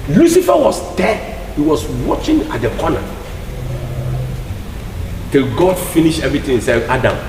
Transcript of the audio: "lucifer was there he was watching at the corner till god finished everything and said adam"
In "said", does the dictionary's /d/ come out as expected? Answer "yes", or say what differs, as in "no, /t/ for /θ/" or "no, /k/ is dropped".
no, /d/ is dropped